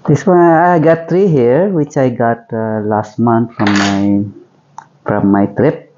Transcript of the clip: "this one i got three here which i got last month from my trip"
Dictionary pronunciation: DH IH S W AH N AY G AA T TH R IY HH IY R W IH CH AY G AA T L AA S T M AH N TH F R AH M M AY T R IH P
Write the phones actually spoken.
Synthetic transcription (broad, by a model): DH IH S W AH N AY G AA T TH R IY HH IY R W IH CH AY G AA T L AA S T M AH N T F R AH M M AY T R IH P